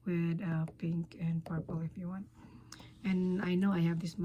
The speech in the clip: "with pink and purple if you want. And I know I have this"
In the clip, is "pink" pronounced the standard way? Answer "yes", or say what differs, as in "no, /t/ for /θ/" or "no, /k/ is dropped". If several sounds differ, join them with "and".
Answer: yes